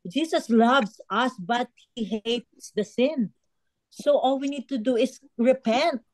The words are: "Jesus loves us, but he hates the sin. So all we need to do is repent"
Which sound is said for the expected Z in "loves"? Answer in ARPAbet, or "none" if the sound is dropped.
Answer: S